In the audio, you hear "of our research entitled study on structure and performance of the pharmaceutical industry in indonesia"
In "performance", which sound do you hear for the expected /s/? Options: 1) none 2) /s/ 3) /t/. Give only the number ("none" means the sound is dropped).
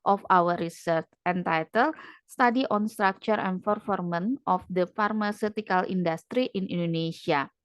1